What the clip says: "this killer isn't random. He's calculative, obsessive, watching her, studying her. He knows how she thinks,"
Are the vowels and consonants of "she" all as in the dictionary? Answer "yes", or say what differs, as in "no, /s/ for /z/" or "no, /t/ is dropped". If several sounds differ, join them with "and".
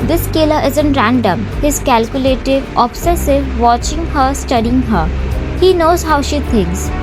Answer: yes